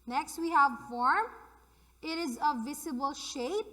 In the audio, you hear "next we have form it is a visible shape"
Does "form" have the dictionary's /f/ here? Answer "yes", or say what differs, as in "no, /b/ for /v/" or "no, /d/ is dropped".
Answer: yes